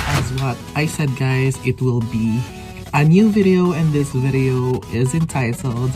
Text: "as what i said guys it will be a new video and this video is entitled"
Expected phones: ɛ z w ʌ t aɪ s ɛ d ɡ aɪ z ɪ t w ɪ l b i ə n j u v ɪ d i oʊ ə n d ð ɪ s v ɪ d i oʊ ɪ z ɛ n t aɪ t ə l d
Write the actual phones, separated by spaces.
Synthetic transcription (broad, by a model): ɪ z w ʌ t aɪ s ɛ d ɡ aɪ z ɪ t w ɪ l b i ə n j u v ɪ d i oʊ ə n ð ɪ s v ɪ d i oʊ ɪ z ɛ n t aɪ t l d